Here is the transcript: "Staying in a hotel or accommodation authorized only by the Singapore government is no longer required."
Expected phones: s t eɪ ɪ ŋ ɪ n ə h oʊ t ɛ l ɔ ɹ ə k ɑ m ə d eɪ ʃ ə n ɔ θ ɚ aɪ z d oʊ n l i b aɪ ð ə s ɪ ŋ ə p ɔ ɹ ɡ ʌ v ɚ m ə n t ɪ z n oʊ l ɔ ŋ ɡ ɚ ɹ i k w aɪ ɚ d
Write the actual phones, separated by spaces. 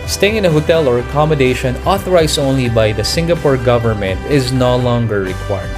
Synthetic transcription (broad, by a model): s t eɪ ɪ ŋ ɪ n ə h oʊ t ɛ l ɔ ɹ ə k ɑ m ə d eɪ ʃ ə n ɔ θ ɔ aɪ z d oʊ n l i b aɪ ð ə s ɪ ŋ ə p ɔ ɹ ɡ ʌ v ɚ m ə n t ɪ z n oʊ l ɔ ŋ ɡ ɚ ɹ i k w aɪ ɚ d